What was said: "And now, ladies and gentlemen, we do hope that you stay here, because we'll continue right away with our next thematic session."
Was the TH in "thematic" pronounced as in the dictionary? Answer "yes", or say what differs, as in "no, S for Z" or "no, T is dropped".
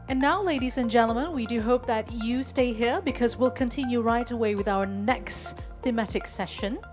yes